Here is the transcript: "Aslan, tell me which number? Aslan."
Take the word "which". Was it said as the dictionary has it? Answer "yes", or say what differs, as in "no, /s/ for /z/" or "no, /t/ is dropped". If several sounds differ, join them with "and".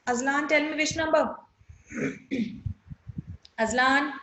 no, /ʃ/ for /tʃ/